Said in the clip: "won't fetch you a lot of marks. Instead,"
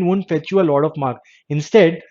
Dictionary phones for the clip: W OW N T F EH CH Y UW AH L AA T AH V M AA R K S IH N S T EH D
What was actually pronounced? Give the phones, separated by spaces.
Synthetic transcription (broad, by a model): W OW N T F EH CH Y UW AH L AA T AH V M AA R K IH N S T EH D